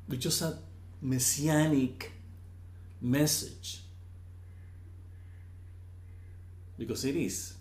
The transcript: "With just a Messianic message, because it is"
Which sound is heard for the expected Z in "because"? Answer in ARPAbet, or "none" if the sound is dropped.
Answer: S